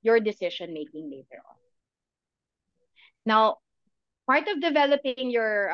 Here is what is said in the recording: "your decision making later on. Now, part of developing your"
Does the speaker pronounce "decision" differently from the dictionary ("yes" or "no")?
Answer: yes